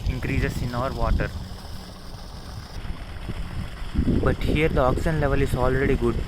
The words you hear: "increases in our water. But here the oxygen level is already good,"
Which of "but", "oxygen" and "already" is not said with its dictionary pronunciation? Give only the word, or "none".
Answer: oxygen